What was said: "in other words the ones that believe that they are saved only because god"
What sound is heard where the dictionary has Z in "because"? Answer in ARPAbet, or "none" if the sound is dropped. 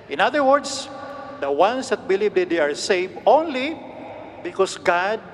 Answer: S